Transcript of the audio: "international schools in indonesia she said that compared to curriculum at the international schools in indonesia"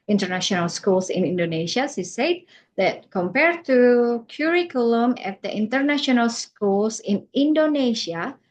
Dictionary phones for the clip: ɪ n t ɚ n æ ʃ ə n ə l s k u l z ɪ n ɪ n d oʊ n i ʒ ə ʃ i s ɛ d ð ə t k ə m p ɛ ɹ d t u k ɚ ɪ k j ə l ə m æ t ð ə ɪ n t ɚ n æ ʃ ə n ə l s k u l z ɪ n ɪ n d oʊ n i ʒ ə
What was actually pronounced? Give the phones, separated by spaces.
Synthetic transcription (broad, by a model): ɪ n t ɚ n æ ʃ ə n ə l s k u l s ɪ n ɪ n d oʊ n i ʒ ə s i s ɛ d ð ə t k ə m p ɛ ɹ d t u k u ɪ k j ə l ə m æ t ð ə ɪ n t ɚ n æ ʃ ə n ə l s k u l s ɪ n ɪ n d oʊ n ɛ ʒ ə